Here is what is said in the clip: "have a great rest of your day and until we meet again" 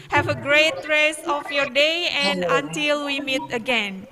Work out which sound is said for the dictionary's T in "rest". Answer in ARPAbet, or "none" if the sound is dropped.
none